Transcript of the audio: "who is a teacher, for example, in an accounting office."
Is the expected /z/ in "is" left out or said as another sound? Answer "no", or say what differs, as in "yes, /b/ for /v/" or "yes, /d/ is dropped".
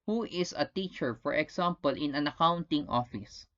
yes, /s/ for /z/